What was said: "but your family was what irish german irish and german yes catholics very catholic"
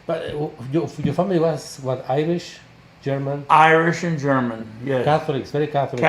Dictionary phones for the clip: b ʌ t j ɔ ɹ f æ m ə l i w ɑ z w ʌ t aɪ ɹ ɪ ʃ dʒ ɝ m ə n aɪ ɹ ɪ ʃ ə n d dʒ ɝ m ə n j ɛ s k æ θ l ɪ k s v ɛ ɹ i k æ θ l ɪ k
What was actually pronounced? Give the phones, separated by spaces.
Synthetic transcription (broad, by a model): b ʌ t j ɔ ɹ f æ m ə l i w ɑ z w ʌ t aɪ ɹ ɪ ʃ dʒ ɝ m ə n aɪ ɹ ɪ ʃ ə n dʒ ɝ m ə n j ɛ k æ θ l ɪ k s v ɛ ɹ i k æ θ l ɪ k